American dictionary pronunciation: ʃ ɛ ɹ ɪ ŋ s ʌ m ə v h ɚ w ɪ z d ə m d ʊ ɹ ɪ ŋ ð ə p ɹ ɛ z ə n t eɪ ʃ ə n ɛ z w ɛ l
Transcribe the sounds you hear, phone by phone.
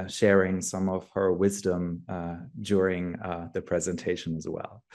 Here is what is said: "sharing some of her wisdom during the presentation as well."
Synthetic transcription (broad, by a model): ʃ ɛ ɹ ɪ ŋ s ʌ m ə v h ɚ w ɪ z d ə m d ʊ ɹ ɪ ŋ ð ə p ɹ ɛ z ə n t eɪ ʃ ə n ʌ z w ɛ l